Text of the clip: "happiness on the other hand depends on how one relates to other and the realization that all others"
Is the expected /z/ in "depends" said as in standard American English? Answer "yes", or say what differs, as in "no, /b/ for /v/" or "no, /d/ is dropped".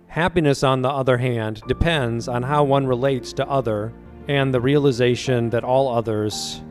yes